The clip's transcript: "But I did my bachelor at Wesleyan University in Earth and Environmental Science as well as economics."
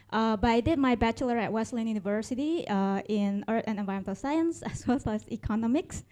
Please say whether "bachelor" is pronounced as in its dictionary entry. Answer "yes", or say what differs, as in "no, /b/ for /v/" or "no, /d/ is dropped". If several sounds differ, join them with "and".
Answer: yes